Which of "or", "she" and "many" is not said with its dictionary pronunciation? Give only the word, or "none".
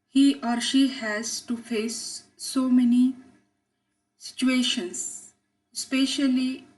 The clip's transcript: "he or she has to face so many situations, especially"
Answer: none